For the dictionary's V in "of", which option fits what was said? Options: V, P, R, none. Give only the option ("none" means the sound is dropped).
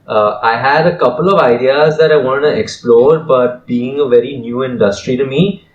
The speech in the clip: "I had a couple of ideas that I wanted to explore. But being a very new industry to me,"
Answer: V